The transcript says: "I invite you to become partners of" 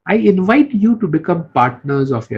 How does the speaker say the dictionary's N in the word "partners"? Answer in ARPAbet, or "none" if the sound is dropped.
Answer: N